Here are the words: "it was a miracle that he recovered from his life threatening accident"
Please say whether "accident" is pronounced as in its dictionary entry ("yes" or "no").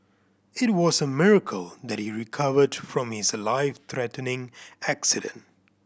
yes